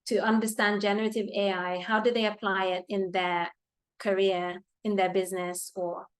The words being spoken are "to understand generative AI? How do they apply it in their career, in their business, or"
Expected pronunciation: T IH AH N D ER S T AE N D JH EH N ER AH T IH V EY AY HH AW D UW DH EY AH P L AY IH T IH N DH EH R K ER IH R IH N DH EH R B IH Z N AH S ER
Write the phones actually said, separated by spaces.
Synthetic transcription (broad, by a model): T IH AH N D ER S T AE N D JH EH N ER AH T IH V EY AY HH AW D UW DH EY AH P L AY IH T IH N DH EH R K ER IH R IH N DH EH R B IH Z N AH S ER